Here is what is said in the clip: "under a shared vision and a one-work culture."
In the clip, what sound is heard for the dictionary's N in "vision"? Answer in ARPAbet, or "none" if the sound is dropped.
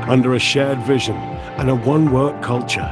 N